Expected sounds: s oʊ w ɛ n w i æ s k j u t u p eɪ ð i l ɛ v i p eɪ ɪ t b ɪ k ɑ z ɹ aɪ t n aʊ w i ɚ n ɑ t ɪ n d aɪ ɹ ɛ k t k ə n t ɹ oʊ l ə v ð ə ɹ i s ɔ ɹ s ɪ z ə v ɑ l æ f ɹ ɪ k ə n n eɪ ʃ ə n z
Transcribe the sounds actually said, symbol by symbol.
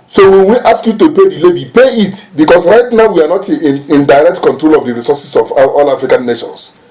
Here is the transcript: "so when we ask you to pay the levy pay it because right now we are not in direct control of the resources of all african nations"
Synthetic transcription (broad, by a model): s oʊ w ɛ n w i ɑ s k j u t u p eɪ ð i l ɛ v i p eɪ ɪ t b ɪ k ɑ s ɹ aɪ t n aʊ w i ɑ n ɑ t ɪ n d aɪ ɹ ɛ k t k ə n t ɹ oʊ l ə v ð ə ɹ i s ɔ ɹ s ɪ s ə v ɑ l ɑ f ɹ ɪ k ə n n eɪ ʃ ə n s